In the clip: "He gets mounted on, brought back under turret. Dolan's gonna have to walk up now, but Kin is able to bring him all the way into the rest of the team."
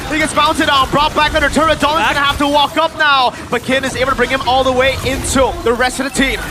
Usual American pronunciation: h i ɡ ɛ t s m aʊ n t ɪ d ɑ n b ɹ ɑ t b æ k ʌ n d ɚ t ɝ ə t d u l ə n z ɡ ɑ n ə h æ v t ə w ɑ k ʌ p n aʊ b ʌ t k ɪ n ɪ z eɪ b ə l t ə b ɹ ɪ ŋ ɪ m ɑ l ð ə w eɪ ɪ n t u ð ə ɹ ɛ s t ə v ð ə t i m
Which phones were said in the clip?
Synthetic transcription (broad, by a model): h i ɡ ɛ t s m aʊ n t ɪ d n b ɹ ɑ t b æ k ʌ n d ɚ t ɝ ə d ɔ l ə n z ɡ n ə h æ f t ə w ɑ k ʌ p n aʊ b ʌ t k ɪ n ɪ z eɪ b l t ə b ɹ ɪ ŋ ɪ m ɑ l ð ə w eɪ ɪ n t u ð ə ɹ ɛ s t ə v ð ə t i m